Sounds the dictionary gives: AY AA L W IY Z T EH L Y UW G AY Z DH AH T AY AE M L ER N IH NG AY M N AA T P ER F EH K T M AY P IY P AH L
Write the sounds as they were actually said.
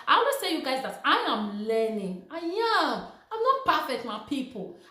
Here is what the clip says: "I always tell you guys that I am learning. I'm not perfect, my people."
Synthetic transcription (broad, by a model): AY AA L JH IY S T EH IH Y UW G AY Z DH AH T AY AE M L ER N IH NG AY M N AA T P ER F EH K T M AY P IY P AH L